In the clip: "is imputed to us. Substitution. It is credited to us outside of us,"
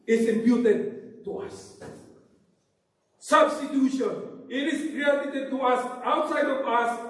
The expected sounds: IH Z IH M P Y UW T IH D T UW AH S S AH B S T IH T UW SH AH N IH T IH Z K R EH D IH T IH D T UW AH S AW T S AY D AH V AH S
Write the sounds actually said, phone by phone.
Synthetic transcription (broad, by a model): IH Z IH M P Y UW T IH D T UW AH S S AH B S T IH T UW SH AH N IH T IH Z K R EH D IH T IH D T UW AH S AW T S AY D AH P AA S